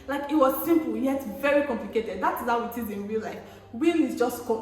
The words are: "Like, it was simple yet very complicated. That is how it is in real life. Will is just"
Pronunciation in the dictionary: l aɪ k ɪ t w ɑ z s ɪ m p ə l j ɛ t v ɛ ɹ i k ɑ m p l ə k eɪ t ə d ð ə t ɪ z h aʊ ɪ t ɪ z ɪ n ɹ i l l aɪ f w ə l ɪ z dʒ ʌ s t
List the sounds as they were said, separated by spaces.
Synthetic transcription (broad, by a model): l aɪ k ɪ t w ɑ z s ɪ m p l j ɛ t v ɛ ɹ i k ɑ m p l ə k eɪ t ə d ð ə t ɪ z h aʊ ɪ t ɪ z ɪ n w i l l aɪ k w ə l ɪ z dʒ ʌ s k